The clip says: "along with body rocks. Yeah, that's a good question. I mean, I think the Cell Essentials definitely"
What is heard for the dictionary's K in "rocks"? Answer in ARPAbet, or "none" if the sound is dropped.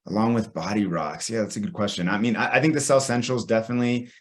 K